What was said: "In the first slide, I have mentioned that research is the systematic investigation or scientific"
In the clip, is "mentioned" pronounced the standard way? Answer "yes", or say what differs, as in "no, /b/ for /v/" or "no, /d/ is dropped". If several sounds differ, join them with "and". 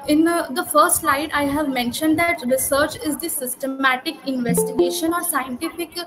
yes